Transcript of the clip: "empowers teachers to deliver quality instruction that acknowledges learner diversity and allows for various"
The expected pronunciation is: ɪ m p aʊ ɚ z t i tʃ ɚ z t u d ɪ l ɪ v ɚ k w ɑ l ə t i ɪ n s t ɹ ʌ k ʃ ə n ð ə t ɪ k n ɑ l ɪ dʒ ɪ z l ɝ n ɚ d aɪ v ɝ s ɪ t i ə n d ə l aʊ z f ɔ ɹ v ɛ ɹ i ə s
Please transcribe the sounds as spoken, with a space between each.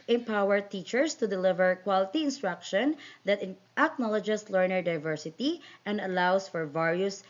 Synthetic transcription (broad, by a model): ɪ m p aʊ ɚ t i tʃ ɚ s t u d ɪ l ɪ v ɚ k w ɑ l ə t i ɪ n s t ɹ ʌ k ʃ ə n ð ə t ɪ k n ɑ l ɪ dʒ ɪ s l ɝ n ɚ d aɪ v ɝ s ɪ t i ə n d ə l aʊ s f ɔ ɹ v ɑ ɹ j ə s